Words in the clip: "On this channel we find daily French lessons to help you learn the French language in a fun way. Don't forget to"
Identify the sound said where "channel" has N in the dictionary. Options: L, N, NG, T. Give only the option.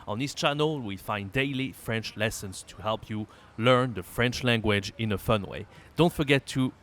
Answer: N